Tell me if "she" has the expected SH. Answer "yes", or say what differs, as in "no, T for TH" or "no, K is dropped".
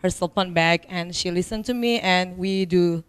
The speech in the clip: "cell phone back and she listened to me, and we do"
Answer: yes